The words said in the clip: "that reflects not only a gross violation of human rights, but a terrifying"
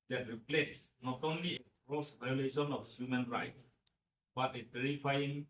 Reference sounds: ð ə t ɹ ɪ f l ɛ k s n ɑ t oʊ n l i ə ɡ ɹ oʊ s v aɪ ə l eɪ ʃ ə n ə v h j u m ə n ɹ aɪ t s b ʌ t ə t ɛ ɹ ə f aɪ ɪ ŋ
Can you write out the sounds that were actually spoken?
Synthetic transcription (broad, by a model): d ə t ɹ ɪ p l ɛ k s n ɑ t oʊ n l i ə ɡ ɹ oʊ s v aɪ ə l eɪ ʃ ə n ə f h j u m ə n ɹ aɪ t s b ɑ t ə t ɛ ɹ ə f aɪ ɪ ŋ